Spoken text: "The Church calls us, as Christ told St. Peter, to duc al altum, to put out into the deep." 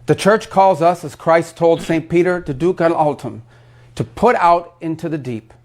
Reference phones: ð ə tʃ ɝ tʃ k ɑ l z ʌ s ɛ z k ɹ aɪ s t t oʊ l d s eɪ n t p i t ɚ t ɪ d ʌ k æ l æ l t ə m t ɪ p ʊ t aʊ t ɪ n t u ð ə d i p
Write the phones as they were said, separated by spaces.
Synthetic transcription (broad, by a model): ð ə tʃ ɝ tʃ k ɑ l z ʌ s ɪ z k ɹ aɪ s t t oʊ l d s eɪ n p i t ɚ t ɪ d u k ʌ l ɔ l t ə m t ɪ p ʊ t aʊ t ɪ n t u ð ə d i p